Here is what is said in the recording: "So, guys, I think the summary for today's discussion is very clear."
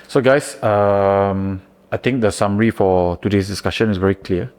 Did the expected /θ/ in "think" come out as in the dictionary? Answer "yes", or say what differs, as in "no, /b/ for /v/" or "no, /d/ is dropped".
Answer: no, /t/ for /θ/